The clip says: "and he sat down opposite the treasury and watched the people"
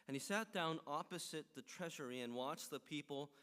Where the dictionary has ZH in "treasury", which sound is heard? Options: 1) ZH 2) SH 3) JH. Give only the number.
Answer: 1